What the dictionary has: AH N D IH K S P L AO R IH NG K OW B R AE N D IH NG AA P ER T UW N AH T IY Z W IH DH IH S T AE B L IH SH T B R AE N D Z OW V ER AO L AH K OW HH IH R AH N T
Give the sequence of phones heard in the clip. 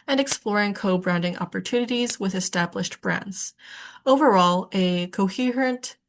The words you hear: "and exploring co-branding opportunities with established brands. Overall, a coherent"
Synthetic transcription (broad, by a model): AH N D IH K S P L AO R IH NG K OW B R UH N D IH NG AA P ER T UW N AH T IY Z W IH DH IH S T AE B L IH SH T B R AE N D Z OW V ER AO L AH K OW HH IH R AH N T